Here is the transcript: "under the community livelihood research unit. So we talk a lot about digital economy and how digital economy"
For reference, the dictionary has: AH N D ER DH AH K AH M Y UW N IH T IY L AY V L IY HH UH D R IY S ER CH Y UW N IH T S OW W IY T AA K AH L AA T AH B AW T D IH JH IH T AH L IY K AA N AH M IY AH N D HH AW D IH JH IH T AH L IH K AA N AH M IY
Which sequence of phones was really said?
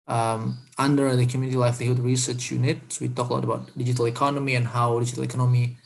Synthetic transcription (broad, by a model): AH N D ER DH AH K AH M Y UW N IH T IY L AY F L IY HH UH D R IY S ER CH Y UW N IH T S OW W IY T AA K AH L AA T AH B AW T D IH JH IH T AH L IY K AA N AH M IY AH N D HH AW D IH JH IH T AH L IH K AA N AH M IY